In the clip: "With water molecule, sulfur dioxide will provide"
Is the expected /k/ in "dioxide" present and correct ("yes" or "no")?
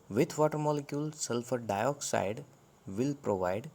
yes